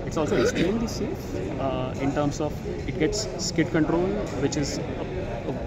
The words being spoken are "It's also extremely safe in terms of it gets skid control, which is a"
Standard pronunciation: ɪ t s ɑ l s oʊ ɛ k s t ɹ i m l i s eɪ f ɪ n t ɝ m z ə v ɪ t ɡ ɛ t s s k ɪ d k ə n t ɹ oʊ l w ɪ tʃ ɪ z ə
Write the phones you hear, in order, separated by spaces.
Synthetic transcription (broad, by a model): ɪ t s ɑ l s oʊ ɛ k s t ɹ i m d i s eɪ ɪ n t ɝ m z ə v ɪ t ɡ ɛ t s s k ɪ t k ə n t ɹ oʊ l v ɪ tʃ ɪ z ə